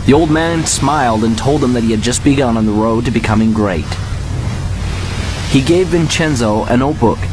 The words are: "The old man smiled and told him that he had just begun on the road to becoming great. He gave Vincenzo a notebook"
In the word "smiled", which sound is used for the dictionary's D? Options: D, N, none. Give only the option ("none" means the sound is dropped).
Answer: D